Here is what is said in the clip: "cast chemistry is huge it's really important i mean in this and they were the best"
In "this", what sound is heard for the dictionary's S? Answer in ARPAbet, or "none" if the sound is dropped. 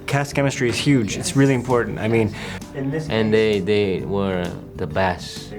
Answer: none